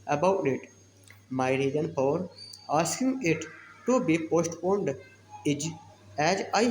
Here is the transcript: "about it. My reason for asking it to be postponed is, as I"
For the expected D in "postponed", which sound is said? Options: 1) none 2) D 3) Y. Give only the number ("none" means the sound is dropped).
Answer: 2